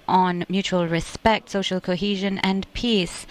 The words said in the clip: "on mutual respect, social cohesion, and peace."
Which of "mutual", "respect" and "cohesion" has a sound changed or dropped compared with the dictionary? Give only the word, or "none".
none